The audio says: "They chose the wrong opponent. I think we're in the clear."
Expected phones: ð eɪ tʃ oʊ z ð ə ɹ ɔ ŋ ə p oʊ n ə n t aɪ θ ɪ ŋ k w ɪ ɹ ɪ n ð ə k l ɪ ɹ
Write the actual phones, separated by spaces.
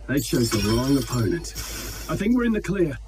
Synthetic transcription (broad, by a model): ð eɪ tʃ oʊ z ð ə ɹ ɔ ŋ ə p oʊ n ə n t aɪ θ ɪ ŋ k w ɪ ɹ ɪ n ð ə k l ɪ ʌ